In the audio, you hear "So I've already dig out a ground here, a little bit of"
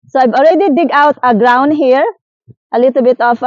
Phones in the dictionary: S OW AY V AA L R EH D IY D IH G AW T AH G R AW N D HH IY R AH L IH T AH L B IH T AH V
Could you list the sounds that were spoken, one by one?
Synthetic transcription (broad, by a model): S OW AY B AA L R EH D IY D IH G AW T AH G R AW N D HH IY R AH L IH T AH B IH T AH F